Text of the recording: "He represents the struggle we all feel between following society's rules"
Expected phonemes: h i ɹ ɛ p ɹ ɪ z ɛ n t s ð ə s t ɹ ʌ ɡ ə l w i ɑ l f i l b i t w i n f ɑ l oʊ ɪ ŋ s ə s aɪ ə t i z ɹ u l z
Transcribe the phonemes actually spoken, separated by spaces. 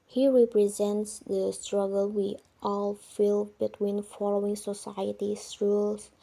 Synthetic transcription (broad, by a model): h i ɹ ɛ p ɹ ɪ z ɛ n t s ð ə s t ɹ ʌ ɡ ə l w i ɑ l f i l b i t w i n f ɑ l oʊ ɪ ŋ s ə s aɪ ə t i s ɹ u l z